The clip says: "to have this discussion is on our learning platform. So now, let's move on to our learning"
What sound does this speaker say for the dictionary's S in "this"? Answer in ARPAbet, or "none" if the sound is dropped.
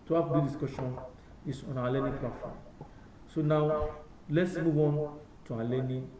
none